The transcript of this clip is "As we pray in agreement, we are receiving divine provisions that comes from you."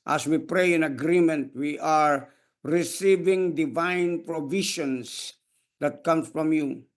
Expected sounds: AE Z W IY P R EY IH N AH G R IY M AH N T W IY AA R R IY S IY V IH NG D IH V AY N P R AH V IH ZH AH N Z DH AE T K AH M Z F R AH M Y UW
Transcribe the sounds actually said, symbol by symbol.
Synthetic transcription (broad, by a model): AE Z W IY P R EY IH N AH G R IY M AH N T W IY AA R R IY S IY V IH NG D IH V AY N P R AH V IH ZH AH N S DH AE T K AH M F R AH M Y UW